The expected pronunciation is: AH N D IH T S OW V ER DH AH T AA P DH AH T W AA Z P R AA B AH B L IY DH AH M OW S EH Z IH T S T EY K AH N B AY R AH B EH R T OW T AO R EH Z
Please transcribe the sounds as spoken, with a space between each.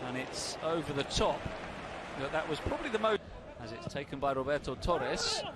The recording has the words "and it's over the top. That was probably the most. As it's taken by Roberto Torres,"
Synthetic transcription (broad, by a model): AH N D IH T S OW V ER DH AH T AA P DH AH T W AA Z P R AA B AH B L IY DH AH M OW AH Z IH T S T EY K AH N B AY R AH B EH R T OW T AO R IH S